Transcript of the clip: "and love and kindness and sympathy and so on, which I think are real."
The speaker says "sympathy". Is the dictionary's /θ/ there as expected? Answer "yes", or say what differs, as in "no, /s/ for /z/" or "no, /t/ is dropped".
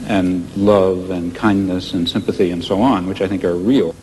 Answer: yes